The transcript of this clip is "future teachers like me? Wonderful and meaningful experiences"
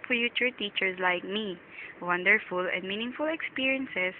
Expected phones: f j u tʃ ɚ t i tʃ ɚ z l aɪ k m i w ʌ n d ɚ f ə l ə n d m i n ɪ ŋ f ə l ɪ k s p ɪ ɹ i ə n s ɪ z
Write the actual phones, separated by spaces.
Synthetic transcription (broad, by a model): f j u tʃ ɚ t i tʃ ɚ s l aɪ k m i w ʌ n d ɚ f ə l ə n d m i n ɪ ŋ f ə l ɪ k s p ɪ ɹ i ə n s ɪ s